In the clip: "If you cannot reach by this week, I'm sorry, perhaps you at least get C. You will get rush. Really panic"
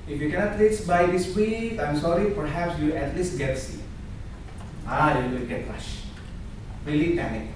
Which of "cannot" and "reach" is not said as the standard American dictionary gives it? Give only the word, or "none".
reach